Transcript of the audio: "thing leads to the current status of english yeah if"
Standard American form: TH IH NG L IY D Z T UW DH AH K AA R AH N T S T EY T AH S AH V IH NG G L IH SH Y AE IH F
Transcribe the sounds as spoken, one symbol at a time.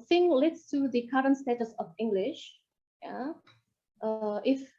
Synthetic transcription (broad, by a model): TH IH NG L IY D S T UW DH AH K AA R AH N S T EY T AH S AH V IH NG G L IH SH Y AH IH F